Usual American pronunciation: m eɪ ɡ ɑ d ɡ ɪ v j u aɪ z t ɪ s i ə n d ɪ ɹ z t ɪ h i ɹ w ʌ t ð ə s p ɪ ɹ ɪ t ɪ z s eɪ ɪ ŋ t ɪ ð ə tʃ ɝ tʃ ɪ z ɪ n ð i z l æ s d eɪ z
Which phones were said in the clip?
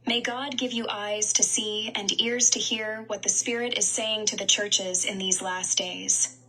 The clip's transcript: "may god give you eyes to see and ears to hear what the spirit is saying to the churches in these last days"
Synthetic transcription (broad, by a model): m eɪ ɡ ɑ d ɡ ɪ v j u aɪ z t ɪ s i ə n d ɪ ɹ z t ɪ h i ɹ w ʌ t ð ə s p ɪ ɹ ɪ t ɪ z s eɪ ɪ ŋ t ɪ ð ə tʃ ɝ tʃ ɪ z ɪ n ð i z l æ s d eɪ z